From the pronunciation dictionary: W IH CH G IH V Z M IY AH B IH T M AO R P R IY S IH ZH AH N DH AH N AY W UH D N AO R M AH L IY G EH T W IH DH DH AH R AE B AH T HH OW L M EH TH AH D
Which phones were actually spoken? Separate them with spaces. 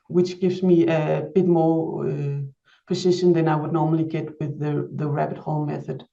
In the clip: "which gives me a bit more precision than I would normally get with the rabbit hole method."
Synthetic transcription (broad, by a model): W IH CH G IH V Z M IY AH B IH T M AO R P IY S IH SH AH N DH AH N AY W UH D N AO R M AH L IY G EH T W IH DH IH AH R AE B AH T HH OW L M EH TH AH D